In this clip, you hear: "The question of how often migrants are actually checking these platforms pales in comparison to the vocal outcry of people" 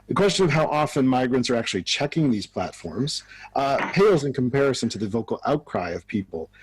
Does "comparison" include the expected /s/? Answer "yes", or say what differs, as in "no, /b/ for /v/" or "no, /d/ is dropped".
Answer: yes